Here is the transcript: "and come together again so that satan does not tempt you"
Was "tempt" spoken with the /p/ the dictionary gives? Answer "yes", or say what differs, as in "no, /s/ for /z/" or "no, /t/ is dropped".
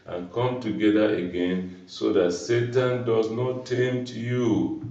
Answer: no, /p/ is dropped